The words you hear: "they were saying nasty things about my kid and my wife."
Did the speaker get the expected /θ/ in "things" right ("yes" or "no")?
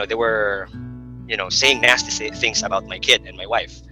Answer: yes